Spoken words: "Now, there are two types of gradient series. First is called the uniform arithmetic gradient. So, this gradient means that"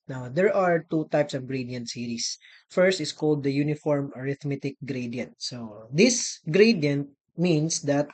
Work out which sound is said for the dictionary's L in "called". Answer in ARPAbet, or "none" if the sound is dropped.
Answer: L